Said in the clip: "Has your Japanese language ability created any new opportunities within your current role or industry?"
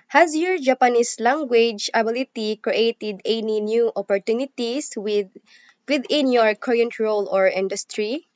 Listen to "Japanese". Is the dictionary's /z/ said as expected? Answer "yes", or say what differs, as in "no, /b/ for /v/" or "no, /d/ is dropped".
no, /s/ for /z/